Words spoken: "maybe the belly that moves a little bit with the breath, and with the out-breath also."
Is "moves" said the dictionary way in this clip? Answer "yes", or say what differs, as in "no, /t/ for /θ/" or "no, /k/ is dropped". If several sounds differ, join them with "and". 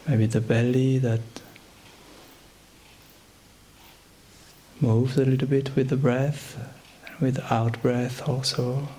yes